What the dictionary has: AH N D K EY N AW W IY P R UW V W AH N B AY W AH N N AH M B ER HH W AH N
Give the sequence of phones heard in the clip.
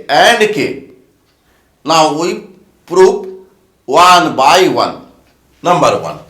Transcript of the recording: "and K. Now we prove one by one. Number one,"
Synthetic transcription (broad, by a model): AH N D K EY N AW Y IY P R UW P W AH N B AY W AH N N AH M B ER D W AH N